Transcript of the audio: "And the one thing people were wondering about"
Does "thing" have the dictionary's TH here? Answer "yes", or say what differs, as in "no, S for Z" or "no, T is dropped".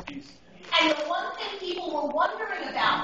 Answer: no, S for TH